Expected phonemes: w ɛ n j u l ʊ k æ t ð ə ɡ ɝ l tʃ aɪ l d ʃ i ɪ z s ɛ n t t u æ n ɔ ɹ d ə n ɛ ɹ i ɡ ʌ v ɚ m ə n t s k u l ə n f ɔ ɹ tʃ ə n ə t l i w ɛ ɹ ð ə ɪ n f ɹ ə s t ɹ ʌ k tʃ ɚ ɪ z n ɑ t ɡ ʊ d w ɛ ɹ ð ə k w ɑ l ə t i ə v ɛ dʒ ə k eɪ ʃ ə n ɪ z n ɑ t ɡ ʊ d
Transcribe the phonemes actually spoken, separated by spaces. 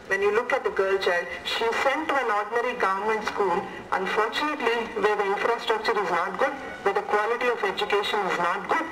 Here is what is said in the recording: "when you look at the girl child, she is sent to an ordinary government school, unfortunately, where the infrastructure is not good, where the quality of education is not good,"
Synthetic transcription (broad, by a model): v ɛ n j u l ʊ k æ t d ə ɡ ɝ l tʃ aɪ l d ʃ i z s ɛ n t t u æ n ɔ ɹ d n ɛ ɹ i ɡ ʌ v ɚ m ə n t s k u l ə n f ɔ ɹ tʃ ə n ə t l i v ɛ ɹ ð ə ɪ n f ɹ ə s t ɹ ʌ k tʃ ɚ ɪ z n ɑ t ɡ ʊ d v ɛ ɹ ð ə k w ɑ l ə t i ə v ɛ dʒ ə k eɪ ʃ ə n ɪ z n ɑ t ɡ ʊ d